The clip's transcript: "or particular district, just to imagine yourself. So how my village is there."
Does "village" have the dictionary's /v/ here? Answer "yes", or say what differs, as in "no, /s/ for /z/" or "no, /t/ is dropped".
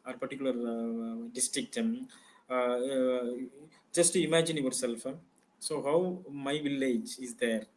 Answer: yes